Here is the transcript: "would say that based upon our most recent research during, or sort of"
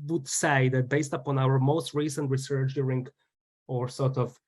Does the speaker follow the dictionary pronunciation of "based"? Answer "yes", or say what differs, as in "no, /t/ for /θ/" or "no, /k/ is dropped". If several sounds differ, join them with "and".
yes